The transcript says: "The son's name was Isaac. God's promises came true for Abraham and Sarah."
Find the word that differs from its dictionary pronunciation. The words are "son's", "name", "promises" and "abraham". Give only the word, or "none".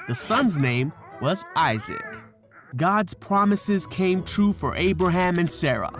none